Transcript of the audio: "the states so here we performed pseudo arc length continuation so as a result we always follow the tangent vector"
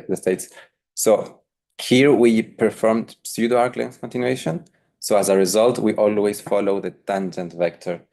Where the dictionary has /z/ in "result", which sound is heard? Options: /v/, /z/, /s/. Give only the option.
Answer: /z/